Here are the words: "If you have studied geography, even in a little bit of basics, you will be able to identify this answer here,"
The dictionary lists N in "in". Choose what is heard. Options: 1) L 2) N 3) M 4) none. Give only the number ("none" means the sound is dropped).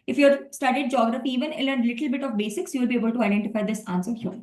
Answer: 1